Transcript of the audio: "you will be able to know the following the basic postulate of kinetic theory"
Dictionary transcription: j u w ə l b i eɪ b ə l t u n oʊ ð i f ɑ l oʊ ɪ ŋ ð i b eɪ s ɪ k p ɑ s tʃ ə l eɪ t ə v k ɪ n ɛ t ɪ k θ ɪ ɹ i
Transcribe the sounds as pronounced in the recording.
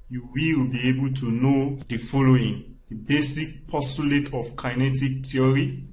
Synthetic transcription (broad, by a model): j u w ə w b i eɪ b ə l t u n oʊ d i f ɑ l oʊ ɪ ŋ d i b eɪ s ɪ k p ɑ s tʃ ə l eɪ t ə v k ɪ n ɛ t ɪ k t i ɹ i